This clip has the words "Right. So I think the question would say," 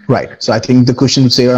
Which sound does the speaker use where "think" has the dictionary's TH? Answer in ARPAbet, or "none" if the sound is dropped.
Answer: TH